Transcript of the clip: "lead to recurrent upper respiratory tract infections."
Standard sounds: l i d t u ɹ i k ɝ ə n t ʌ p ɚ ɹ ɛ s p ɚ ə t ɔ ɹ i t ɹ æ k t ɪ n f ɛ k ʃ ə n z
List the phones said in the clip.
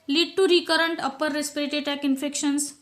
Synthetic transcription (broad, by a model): l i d t u ɹ i k ɝ ə n t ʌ p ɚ ɹ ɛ s p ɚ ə t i t æ k ɪ n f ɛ k ʃ ə n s